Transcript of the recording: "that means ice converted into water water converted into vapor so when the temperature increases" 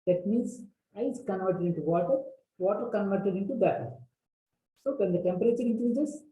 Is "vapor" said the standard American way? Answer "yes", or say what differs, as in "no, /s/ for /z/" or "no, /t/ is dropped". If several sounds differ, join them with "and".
no, /b/ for /v/